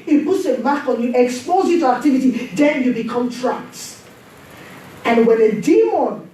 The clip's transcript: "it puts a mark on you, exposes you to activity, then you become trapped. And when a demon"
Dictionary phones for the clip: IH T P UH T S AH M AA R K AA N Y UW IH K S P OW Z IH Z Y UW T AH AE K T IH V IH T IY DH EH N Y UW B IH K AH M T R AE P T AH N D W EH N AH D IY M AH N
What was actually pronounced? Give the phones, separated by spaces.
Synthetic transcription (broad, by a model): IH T P UH T S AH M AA K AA N Y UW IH K S P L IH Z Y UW T AH AE K T IH V IH T IY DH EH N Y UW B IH K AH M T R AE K T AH N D W EH N AH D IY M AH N